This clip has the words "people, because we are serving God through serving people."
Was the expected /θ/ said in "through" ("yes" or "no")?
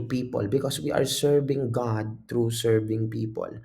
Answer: no